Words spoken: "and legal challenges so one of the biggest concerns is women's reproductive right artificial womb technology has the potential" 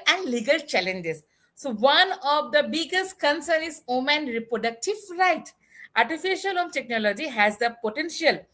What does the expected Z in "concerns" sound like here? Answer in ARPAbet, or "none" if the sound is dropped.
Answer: none